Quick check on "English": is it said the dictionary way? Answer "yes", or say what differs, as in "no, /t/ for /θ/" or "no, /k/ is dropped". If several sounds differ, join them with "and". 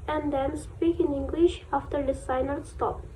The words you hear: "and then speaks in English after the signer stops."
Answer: yes